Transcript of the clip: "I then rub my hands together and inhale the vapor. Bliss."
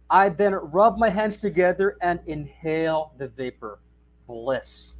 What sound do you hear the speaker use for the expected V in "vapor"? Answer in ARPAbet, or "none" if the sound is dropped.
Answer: V